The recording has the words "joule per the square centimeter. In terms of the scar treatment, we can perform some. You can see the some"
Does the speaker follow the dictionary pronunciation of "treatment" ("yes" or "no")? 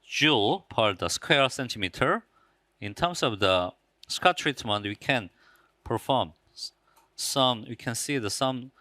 yes